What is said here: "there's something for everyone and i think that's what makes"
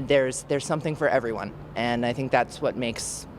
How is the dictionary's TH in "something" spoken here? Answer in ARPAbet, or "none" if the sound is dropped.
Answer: TH